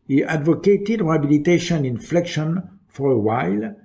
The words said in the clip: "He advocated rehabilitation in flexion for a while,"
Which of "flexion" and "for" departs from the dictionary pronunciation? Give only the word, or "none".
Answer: none